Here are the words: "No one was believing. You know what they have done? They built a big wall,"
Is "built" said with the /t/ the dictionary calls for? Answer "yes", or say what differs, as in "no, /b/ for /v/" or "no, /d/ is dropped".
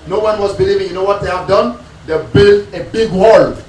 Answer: no, /t/ is dropped